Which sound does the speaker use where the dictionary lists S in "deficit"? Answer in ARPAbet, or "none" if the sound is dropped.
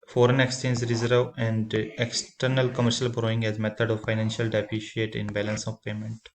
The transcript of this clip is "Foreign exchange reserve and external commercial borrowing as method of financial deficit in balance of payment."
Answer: SH